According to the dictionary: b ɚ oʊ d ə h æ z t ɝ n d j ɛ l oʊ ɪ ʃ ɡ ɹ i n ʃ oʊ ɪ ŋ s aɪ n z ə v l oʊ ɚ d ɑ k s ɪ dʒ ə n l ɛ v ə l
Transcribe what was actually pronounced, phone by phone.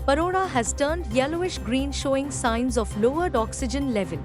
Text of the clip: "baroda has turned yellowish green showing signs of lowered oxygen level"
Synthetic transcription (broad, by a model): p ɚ oʊ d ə h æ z t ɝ n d j ɛ l oʊ ɪ ʃ ɡ ɹ i n ʃ oʊ ɪ ŋ s aɪ n z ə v l oʊ ɚ d ɑ k s ɪ dʒ ə n l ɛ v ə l